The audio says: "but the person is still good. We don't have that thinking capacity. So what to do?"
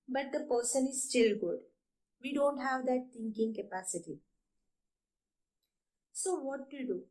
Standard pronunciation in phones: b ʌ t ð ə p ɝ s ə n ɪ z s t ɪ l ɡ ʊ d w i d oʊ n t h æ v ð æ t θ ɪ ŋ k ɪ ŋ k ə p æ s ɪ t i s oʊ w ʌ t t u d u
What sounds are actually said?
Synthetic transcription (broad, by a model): b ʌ t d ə p ɝ s ə n ɪ z s t ɪ l ɡ ʊ d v i d oʊ n t h æ v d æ t t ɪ ŋ k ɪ ŋ k ə p æ s ɪ t i s oʊ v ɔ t t u d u